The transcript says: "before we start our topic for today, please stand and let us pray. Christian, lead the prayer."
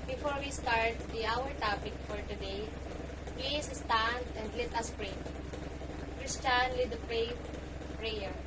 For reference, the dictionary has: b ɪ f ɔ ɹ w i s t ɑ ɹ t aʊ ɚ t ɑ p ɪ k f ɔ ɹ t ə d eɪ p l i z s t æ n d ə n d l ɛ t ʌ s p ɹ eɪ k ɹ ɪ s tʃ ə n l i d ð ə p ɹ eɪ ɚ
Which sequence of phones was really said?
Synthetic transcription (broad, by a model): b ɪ f ɔ ɹ w i s t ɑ ɹ t aʊ ɚ t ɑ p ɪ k f ɔ ɹ t ə d eɪ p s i s t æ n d ə n d l ɛ t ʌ s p ɹ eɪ k ɹ ɪ s tʃ ə n l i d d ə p ɹ eɪ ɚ